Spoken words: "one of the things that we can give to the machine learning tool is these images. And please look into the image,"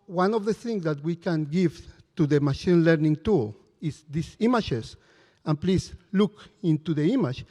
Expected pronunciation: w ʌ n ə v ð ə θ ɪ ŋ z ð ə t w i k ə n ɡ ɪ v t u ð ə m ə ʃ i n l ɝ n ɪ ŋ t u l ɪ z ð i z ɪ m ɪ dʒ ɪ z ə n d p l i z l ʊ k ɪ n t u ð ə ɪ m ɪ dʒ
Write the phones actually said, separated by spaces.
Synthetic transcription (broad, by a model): w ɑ n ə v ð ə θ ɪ ŋ s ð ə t w i k ə n ɡ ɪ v t u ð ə m ə ʃ i n l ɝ n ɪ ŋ t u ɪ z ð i s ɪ m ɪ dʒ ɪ s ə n p l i s l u k ɪ n t u ð ə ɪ m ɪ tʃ